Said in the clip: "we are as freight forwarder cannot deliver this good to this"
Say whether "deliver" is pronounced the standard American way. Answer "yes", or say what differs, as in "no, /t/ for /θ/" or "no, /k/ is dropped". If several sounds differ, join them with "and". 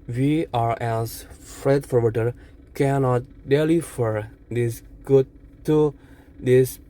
no, /f/ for /v/